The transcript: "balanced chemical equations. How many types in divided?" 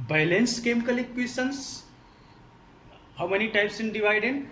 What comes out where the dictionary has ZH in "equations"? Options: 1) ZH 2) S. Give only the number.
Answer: 2